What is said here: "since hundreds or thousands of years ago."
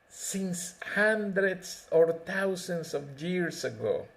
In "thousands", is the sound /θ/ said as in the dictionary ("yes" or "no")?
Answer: no